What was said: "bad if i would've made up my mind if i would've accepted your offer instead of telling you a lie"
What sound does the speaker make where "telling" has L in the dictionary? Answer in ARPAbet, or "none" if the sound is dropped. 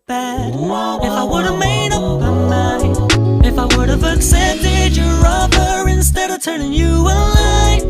N